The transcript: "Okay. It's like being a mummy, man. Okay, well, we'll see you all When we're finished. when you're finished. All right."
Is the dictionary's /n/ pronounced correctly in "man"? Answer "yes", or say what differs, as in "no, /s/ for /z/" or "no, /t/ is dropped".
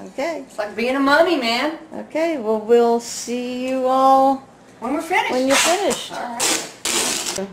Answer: yes